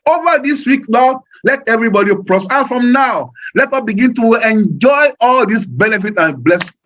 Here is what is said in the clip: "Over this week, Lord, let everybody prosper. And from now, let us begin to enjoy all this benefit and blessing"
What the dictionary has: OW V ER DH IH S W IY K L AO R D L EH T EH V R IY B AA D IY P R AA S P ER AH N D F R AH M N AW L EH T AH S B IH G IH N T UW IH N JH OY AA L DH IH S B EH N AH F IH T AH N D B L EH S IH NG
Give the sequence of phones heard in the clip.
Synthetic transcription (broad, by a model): OW V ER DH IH S W IY K N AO L EH T EH V R IY B AA D IY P R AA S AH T F R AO M N AW L EH T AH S B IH G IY N T UW IH N JH OY AA L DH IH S B EH N AH F IH T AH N B L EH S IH